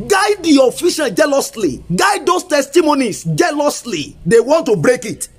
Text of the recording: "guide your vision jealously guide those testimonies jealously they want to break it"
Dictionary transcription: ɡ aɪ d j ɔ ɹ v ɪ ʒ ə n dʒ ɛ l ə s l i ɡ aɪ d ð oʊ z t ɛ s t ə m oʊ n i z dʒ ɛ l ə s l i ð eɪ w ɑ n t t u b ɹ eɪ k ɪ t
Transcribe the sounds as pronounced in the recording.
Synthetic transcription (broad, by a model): ɡ aɪ d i ɔ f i ʃ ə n dʒ ɛ l ə s l i ɡ aɪ d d oʊ s t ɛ s t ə m oʊ n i s dʒ ɛ l ə s l i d eɪ w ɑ n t t u b ɹ eɪ k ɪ t